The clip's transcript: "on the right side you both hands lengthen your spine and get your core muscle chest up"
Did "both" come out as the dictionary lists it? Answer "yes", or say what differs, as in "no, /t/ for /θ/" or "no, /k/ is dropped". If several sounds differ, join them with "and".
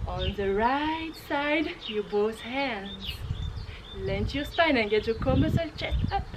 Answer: no, /s/ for /θ/